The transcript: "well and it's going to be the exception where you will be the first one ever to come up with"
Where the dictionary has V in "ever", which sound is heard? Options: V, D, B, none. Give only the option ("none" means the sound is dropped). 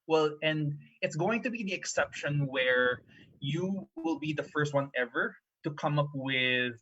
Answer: V